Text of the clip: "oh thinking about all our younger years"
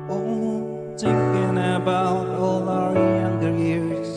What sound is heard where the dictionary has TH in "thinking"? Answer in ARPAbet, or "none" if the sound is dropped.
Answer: T